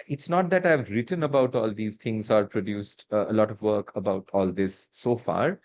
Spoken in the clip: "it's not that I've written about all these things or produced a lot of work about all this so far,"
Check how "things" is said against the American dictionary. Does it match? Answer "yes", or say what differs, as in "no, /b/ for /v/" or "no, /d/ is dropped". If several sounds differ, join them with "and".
no, /t/ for /θ/